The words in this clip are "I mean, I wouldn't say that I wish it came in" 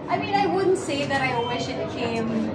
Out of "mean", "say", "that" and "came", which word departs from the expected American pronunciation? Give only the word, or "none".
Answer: came